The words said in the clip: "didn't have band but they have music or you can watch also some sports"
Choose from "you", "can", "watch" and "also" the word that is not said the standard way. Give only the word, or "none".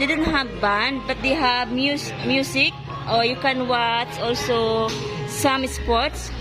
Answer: watch